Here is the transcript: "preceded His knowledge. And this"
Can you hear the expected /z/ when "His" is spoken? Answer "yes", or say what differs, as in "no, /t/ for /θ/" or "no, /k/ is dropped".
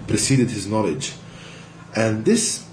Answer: yes